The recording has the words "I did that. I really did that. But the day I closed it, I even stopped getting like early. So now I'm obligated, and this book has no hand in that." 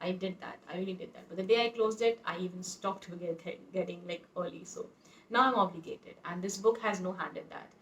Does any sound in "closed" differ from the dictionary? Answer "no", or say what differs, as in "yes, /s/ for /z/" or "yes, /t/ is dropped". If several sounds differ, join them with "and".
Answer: no